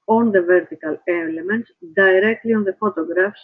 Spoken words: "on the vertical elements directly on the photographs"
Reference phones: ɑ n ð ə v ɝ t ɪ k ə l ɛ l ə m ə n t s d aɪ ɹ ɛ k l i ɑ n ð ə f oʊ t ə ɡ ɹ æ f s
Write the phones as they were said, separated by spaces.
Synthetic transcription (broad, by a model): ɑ n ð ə v ɝ t ɪ k ə l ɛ l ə m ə n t d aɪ ɹ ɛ k l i ɑ n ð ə f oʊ t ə ɡ ɹ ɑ f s